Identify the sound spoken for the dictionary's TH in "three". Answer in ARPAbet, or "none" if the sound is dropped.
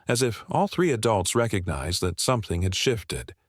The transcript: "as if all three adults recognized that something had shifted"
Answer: TH